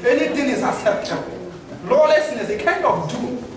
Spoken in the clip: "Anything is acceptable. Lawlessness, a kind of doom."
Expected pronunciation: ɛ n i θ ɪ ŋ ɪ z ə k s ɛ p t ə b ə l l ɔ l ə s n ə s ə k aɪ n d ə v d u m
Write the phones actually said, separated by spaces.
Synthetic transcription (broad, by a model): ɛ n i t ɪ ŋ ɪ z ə s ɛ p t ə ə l l ɔ l ə s n ə s ə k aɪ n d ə f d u